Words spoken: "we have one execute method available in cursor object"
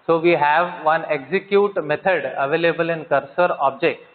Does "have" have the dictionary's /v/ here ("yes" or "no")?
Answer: yes